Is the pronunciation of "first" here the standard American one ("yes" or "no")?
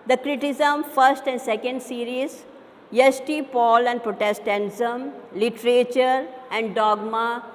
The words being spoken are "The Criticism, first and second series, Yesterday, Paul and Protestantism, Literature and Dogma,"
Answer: yes